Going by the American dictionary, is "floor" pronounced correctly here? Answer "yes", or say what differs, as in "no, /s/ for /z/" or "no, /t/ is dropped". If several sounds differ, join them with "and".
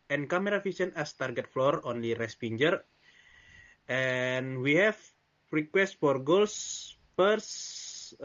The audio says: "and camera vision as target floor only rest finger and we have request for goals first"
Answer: yes